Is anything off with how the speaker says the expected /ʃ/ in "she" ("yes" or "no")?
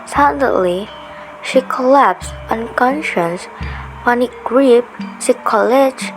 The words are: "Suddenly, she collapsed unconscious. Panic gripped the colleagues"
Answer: no